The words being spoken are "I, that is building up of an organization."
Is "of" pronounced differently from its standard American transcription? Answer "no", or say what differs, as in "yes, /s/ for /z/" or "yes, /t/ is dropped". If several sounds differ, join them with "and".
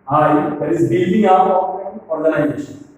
yes, /p/ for /v/